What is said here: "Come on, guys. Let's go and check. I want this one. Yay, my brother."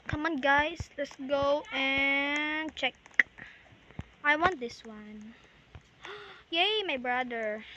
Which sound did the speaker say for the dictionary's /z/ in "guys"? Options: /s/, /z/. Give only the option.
/s/